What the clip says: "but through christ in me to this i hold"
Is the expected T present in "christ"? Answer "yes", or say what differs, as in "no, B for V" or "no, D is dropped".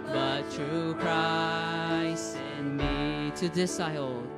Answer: no, T is dropped